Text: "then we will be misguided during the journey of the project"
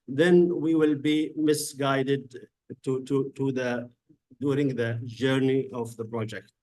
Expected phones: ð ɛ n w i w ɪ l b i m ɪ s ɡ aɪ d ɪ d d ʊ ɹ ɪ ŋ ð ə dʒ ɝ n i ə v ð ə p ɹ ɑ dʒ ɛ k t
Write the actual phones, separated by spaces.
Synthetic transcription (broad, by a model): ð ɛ n w i w ɪ l b i m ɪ s ɡ aɪ d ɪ d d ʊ ɹ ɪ ŋ ð ə dʒ ɝ n i ə v ð ə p ɹ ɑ dʒ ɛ k t